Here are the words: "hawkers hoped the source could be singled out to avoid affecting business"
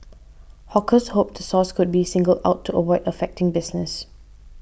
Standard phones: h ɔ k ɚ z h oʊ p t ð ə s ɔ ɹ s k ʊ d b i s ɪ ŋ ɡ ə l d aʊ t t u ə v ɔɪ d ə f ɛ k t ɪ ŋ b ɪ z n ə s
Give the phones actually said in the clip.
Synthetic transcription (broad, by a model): h ɔ k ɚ s h oʊ p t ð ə s ɔ s k ʊ d b i s ɪ ŋ ɡ ə l d aʊ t t u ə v ɔɪ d ə f ɛ k t ɪ ŋ b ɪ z n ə s